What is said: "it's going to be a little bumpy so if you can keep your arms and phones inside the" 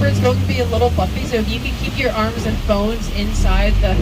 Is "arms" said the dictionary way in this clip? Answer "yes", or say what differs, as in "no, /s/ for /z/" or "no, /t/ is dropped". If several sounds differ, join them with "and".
yes